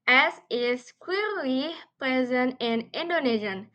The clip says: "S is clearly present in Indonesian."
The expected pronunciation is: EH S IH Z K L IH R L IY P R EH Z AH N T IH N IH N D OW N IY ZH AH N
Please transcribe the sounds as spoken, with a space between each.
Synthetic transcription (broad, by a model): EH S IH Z K W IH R L IY P R EH Z AH N T IH N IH N D OW N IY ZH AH N